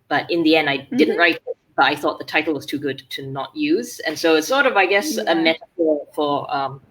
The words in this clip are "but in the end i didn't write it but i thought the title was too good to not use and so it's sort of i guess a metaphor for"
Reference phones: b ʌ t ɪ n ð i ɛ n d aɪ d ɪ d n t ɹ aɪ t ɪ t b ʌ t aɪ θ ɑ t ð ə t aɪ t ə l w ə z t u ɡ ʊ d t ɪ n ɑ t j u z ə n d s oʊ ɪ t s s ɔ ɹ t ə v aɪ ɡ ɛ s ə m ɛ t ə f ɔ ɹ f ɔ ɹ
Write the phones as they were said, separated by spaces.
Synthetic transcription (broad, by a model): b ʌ t ɪ n ð i ɛ n d aɪ d ɪ d n t ɹ aɪ t ɪ t b ʌ t aɪ θ ɑ t ð ə t aɪ t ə l w ə z t u ɡ ʊ d t ɪ n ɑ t j u z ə n s oʊ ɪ t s s ɔ ɹ t ə v aɪ ɡ ɛ s ə m ɛ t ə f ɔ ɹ f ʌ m